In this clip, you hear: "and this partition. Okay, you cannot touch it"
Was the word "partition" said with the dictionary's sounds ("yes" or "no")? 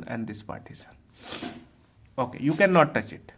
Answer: no